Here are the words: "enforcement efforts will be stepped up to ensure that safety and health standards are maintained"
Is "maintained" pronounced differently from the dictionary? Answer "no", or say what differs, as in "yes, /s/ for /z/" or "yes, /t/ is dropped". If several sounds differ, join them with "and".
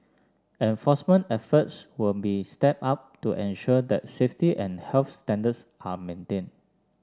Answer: yes, /d/ is dropped